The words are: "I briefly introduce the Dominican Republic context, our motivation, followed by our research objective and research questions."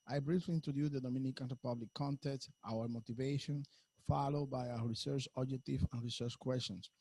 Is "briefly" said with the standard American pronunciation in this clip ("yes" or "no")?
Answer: yes